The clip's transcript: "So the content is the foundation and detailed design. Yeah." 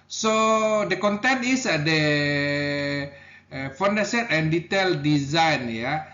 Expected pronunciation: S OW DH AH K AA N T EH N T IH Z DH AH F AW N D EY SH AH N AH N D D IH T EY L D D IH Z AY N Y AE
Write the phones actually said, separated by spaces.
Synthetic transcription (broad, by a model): S OW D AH K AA N T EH N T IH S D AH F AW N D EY S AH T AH N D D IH T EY L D D IH Z AY N Y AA